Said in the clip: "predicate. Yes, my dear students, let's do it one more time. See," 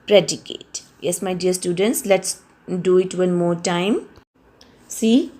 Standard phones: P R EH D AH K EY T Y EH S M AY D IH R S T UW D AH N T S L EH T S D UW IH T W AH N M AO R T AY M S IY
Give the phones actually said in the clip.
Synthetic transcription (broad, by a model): P R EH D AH K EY T Y EH S M AY D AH R S T UW D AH N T S L EH T S D UW IH T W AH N M AO R T AY M S IY